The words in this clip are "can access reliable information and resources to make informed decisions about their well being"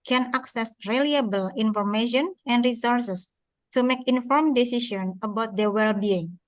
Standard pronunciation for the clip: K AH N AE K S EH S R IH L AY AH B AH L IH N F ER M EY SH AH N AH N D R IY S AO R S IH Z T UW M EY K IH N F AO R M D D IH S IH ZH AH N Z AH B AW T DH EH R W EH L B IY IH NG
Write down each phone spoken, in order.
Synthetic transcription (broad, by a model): K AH N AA K S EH S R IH L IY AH B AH L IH N F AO M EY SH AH N AH N D R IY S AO R S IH S T UW M EY K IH N F AO R M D D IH S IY SH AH N AH B AW T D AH W EH L B IY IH NG